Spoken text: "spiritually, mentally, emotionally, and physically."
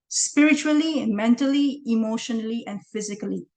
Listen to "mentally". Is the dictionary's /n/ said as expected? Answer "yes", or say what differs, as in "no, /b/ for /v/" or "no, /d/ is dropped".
yes